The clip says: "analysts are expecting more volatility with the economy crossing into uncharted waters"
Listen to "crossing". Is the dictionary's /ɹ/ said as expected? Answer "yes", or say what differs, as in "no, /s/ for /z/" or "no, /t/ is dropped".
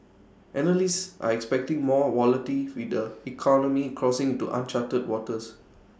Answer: yes